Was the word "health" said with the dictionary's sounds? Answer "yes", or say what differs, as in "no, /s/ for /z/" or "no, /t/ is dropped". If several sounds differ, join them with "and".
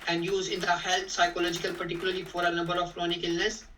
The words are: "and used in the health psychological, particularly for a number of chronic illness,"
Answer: no, /t/ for /θ/